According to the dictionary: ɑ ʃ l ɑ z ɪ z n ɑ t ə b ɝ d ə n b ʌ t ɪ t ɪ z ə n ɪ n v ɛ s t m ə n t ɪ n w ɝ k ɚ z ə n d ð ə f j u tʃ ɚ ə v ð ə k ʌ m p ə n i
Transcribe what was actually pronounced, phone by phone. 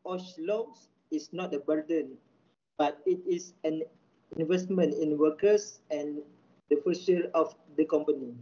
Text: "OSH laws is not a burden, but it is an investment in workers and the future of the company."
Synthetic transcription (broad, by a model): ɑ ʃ l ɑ s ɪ s n ɑ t ə b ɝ d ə n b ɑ t ɪ t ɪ s ə n ɪ n v ɛ s t m ə n t ɪ n w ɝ k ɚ s ə n d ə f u s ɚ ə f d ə k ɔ m p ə n i